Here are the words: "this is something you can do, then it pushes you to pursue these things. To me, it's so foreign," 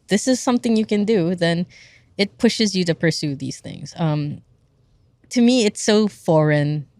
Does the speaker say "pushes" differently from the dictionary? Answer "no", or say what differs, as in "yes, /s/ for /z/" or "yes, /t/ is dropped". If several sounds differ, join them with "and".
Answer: no